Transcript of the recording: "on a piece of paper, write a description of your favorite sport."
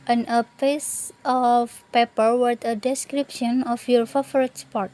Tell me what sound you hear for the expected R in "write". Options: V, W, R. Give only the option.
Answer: W